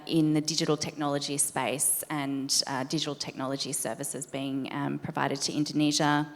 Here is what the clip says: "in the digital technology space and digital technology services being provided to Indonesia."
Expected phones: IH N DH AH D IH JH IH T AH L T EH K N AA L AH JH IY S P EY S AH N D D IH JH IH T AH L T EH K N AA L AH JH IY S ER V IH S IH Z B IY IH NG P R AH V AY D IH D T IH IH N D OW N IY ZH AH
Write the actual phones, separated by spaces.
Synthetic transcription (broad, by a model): IH N DH AH D IH JH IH T L T EH K N AA L AH JH IY S P EY S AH N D D IH JH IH T L T EH K N AA L AH JH IY S ER V IH S IH Z B IY IH NG P R AH V AY D IH D T IH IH N D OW N IY ZH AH